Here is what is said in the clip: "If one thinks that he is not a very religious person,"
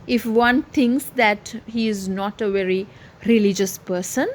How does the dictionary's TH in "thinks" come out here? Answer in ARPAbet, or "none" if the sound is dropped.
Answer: T